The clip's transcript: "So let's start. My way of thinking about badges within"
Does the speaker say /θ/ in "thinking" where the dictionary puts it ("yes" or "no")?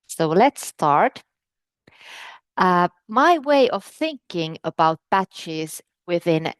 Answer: yes